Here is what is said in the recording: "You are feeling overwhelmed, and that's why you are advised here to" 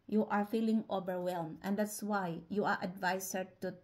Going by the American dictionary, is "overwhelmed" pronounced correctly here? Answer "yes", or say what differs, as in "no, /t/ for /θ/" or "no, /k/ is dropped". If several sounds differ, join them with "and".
no, /d/ is dropped